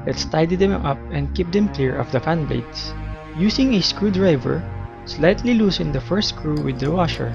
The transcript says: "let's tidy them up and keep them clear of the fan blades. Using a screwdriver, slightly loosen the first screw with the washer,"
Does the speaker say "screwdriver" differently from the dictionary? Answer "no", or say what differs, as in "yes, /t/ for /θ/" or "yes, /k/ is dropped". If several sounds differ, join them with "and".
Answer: no